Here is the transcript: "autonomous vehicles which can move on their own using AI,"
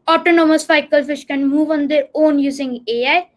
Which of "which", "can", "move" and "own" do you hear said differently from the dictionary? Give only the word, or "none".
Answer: which